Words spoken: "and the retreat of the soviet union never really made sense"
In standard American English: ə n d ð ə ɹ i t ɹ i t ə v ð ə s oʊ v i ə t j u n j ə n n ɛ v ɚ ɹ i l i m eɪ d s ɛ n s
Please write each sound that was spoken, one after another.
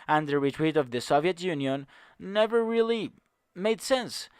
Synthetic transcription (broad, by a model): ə n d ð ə ɹ i t ɹ i t ə v ð ə s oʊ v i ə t j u n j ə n n ɛ v ɚ ɹ i l i m eɪ d s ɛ n s